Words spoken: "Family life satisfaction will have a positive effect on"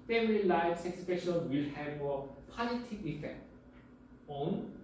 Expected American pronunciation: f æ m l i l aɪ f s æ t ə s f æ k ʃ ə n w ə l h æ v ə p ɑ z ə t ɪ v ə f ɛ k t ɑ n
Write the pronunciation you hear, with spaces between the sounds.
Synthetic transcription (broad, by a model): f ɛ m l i l aɪ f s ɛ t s p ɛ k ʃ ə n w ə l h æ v ə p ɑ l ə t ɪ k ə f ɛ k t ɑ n